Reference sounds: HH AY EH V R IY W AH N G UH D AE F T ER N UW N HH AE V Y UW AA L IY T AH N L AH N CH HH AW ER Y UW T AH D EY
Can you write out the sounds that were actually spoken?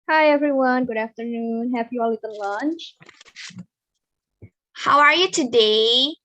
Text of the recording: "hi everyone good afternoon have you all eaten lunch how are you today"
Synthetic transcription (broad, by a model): HH AY EH V R IY W AH N G UH D AE F T ER N UW N HH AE P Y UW AA L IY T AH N L AH N CH HH AW ER Y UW T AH D EY